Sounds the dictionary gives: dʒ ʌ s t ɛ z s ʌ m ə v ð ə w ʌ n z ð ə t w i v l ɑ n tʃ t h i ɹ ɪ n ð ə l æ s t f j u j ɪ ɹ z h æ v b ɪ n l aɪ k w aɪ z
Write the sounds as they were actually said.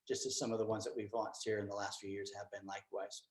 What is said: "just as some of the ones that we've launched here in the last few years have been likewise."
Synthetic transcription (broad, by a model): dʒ ʌ s t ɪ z s ʌ m ə v ð ə w ʌ n z ð ə t w i v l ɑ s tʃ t h i ɹ ɪ n ð ə l æ s t f j u j ɪ ɹ z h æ v b ɪ n l aɪ k w aɪ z